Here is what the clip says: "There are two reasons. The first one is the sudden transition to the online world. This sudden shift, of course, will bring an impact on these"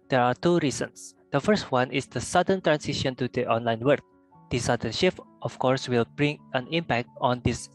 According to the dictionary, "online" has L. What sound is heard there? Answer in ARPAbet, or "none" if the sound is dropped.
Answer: L